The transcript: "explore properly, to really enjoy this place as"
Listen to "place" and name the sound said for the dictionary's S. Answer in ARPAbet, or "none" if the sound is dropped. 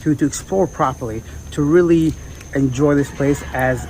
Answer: S